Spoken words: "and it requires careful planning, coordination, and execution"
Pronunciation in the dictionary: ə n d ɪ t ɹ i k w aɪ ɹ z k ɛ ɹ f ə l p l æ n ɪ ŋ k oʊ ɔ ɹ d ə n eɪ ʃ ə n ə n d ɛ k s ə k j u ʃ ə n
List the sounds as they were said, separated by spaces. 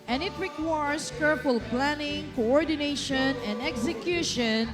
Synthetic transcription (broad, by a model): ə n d ɪ t ɹ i k w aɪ ɹ s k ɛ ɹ p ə l p l æ n ɪ ŋ k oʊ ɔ ɹ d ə n eɪ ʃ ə n ə n d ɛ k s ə k j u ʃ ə n